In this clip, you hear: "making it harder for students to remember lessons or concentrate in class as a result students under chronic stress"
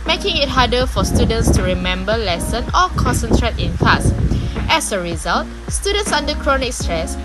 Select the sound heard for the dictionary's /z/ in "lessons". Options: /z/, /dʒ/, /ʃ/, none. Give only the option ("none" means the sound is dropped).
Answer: none